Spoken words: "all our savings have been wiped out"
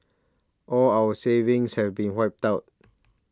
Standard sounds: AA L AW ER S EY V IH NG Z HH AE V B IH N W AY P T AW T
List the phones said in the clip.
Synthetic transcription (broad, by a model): AA L AW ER S EY V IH NG S HH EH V B IH N W AY P T AW T